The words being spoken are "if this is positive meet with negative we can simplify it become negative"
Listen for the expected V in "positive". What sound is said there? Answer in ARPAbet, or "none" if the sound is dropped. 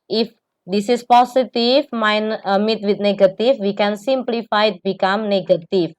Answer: F